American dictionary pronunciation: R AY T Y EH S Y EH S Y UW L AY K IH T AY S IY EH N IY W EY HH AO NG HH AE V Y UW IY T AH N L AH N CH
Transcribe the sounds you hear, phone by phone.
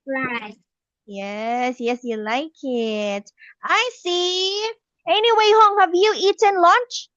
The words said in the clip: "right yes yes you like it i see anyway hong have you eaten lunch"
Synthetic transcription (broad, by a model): R AY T Y EH S Y EH S Y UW L AY K IH T AY S IY EH N IY W EY HH AO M HH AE V Y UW IY T AH N L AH N CH